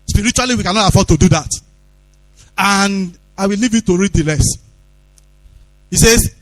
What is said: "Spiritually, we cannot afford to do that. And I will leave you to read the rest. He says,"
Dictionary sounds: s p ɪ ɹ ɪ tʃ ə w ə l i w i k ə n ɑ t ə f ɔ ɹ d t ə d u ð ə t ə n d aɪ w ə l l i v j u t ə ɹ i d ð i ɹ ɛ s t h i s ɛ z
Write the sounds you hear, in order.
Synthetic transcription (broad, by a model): s p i ɹ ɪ tʃ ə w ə l i w i k ə n ɑ t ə f ɔ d t ə d u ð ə t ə n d aɪ w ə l l i v j u t ə ɹ i d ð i l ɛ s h i s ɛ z